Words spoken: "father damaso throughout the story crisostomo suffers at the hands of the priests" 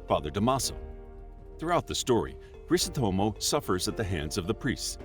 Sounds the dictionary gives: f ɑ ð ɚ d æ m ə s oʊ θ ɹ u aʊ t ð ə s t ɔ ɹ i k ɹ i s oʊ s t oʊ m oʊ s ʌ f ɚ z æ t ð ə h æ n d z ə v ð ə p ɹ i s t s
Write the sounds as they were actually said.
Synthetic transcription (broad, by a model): f ɑ ð ɚ d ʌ m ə s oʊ θ ɹ u aʊ t ð ə s t ɔ ɹ i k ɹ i s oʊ t oʊ m oʊ s ʌ f ɚ z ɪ t ð ə h æ n d z ə v ð ə p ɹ i s t s